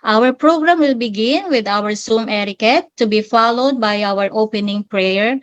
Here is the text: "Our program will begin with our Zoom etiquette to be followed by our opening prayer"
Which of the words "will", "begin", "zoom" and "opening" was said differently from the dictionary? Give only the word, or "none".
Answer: zoom